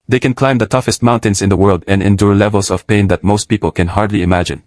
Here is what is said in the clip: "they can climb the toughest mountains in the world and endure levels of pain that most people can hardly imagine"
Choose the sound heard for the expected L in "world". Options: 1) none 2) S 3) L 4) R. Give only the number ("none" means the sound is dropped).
3